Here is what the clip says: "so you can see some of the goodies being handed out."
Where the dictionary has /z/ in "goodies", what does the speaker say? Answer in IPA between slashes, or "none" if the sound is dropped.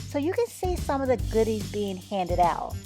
/z/